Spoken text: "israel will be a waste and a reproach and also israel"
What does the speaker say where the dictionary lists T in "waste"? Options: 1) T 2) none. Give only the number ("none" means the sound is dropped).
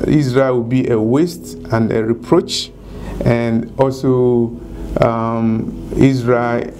1